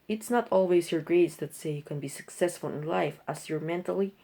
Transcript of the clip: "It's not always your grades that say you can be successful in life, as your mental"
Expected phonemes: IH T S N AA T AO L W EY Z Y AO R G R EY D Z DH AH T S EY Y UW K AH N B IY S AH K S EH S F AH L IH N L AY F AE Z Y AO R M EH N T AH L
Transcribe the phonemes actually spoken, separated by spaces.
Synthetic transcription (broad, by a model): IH T S N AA T AO L W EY S Y AO R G R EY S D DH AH T S EY Y UW K AH N B IY S AH K S EH S F AH L IH N L AY F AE S Y AO R M EH N T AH L